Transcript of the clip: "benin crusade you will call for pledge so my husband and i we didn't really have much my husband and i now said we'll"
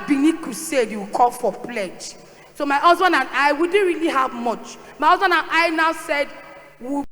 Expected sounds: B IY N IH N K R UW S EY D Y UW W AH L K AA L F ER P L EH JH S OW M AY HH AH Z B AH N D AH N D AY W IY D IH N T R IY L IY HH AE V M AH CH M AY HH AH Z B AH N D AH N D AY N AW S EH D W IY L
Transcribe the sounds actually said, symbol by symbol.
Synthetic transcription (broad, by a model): B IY N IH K UW S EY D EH W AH K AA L F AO P L EH JH S OW M AY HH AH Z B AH N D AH N AY W IY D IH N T R IY L IY HH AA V M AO CH M AY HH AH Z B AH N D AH N AY N AW S EH D W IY